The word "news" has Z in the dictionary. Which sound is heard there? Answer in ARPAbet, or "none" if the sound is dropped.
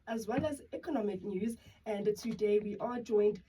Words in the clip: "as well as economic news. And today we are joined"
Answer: Z